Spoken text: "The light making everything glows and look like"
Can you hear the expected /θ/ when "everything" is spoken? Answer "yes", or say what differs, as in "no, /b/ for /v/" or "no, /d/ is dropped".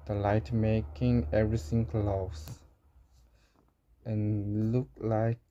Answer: no, /s/ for /θ/